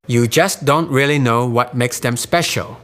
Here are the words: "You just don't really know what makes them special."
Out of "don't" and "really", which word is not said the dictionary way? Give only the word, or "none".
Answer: none